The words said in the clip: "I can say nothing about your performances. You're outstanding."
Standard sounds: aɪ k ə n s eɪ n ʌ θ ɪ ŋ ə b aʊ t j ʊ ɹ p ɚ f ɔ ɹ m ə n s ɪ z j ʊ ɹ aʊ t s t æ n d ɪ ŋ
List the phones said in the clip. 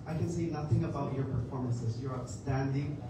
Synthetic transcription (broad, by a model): aɪ k ə n s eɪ n ʌ θ ɪ ŋ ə b aʊ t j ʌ ɹ p ɚ f ɔ ɹ m ə n s ɪ z j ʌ ɹ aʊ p s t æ n d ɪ ŋ